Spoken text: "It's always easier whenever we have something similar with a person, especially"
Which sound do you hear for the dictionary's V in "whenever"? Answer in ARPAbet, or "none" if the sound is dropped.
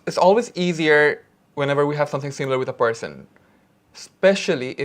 V